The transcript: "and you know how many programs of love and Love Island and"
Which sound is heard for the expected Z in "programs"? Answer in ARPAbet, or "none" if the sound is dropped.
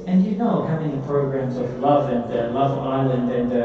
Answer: Z